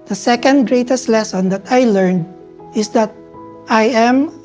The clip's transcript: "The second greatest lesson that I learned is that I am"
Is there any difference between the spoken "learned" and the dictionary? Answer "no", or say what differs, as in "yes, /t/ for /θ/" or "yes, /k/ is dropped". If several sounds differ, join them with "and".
no